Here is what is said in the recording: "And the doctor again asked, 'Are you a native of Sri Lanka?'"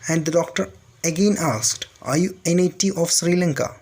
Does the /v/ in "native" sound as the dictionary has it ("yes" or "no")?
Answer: no